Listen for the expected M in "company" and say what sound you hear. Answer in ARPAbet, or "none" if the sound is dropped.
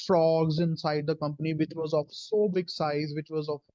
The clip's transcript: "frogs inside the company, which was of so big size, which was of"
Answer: M